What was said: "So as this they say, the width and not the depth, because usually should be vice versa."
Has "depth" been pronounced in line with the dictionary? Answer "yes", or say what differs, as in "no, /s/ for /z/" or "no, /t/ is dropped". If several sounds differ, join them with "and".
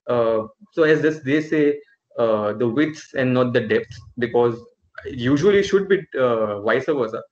no, /s/ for /θ/